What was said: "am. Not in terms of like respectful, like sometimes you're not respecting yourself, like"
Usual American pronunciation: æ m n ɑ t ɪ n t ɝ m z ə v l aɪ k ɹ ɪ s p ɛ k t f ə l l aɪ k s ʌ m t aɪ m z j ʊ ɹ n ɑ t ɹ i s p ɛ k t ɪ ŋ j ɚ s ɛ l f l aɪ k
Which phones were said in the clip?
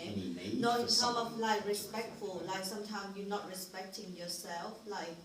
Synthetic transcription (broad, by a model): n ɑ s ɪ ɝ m ə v l aɪ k ɹ ɪ s p ɛ k t f ə l l aɪ k s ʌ m t aɪ m s j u n ɑ t ɹ i s p ɛ k t ɪ ŋ j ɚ s ɛ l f l aɪ